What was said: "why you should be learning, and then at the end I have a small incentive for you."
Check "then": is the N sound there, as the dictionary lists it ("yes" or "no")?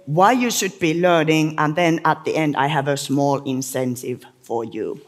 yes